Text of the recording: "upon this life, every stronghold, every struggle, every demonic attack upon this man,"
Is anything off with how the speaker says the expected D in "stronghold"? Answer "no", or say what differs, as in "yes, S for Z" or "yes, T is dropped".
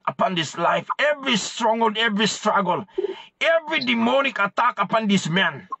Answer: yes, D is dropped